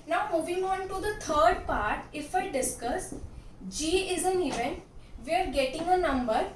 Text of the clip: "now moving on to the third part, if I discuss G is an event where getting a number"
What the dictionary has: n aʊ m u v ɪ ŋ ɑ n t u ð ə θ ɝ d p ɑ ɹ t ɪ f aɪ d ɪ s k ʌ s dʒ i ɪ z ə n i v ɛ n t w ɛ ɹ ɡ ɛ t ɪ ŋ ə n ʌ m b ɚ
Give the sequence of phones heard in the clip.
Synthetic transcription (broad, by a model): n aʊ m u v ɪ ŋ ɑ n t u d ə t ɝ d p ɑ ɹ t ɪ f aɪ d ɪ s k ʌ s dʒ i ɪ z ə n i v ɛ n t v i ɹ ɡ ɛ t ɪ ŋ ə n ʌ m b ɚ